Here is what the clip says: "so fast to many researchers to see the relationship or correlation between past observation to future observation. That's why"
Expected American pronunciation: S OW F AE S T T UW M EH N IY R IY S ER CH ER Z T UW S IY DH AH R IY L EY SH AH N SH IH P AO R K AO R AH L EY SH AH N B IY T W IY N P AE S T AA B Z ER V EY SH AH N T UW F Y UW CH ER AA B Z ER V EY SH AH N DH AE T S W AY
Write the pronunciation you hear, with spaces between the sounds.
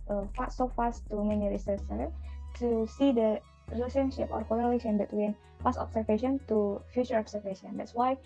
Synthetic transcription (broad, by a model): S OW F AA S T T UW M EH N IY R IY S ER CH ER T UW S IY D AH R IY L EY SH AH N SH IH P AO R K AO L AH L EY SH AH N B IY T W IY N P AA S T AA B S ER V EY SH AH N T UW F Y UW CH ER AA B S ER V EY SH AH N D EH T S W AY